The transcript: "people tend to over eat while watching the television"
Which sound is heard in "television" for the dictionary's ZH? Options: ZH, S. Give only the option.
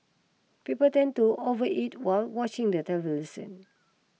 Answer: S